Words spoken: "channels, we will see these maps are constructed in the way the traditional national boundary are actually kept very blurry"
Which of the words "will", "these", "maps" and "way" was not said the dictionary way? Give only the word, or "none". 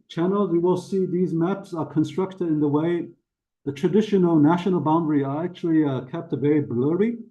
none